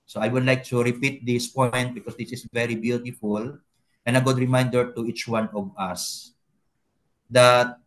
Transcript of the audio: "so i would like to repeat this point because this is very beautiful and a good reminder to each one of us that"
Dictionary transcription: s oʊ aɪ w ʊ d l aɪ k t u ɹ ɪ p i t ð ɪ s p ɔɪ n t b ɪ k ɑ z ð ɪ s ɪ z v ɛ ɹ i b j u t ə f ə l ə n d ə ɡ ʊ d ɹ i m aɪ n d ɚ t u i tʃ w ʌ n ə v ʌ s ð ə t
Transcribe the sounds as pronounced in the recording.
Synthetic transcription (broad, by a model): s oʊ aɪ w ʊ d l aɪ k t u ɹ ɪ p i t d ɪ s p ɔɪ n t b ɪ k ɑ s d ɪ s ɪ s v ɛ ɹ i b j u t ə f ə l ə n ə ɡ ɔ d ɹ i m aɪ n d ɚ t u i tʃ w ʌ n ə v ʌ s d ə t